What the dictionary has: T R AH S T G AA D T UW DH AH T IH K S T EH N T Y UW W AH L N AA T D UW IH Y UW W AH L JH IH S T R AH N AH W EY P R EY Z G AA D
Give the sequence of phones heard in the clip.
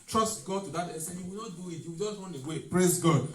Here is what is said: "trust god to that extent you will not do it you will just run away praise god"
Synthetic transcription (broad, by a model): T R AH S T G AA D T UW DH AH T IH S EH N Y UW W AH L N AA T D UW IH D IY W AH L JH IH S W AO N AH W EY P R EY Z G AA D